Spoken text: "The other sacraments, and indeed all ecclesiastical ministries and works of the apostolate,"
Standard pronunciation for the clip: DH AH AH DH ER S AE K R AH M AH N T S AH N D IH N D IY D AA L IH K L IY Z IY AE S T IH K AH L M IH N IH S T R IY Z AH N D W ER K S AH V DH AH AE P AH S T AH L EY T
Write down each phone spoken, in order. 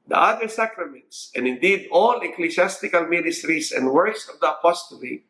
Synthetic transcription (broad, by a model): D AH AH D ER S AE K R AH M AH N T S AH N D IH N D IY D AA L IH K L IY S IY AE S T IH K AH L M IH N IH S T R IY S AH N D W ER K S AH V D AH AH P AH S T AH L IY